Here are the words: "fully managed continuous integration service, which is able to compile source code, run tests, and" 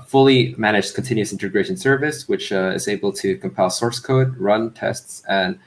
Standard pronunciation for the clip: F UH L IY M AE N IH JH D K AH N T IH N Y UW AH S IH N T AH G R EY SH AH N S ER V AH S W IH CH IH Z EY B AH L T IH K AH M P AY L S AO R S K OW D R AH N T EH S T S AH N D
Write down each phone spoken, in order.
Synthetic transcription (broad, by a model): F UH L IY M AE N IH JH K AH N T IH N Y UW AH S IH N T AH G R EY SH AH N S ER V AH S W IH CH IH Z EY B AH L T IH K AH M P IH L S AO R S K OW D R AH N T EH S T S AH N